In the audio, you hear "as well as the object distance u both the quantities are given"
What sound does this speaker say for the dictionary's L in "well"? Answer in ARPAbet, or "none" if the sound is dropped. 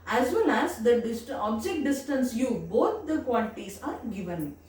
N